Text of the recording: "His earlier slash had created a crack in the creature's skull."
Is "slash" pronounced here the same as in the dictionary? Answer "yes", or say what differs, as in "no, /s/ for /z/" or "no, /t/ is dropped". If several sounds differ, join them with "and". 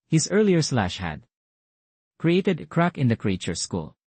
yes